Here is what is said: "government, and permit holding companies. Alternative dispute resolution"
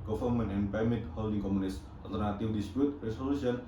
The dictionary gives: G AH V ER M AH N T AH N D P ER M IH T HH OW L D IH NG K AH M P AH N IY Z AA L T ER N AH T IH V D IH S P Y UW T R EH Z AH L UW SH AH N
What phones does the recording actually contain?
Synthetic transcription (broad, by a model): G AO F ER M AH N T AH N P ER M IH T HH OW L D IH NG K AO M AH N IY S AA L T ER N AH T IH W D IH S P Y UW T R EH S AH L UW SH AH N